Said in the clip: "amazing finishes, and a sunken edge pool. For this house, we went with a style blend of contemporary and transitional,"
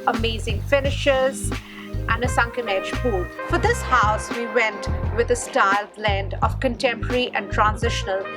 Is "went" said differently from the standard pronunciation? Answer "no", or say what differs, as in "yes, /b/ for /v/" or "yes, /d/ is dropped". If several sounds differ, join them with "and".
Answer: no